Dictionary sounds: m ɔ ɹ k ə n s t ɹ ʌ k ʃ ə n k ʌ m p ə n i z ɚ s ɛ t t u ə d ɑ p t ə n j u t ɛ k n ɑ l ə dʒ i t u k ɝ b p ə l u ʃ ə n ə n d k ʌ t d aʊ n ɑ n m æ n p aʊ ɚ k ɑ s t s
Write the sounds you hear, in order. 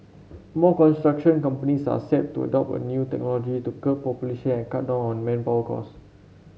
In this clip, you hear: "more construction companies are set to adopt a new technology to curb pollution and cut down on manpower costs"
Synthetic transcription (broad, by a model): m ɔ k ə n s t ɹ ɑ k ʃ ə n k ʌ m p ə n i s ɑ s ɛ t t u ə d ɑ p ə n j u t ɛ k n ɑ l ə dʒ i t u k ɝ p p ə l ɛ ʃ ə n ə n k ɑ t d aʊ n ɑ n m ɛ n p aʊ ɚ k ɑ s s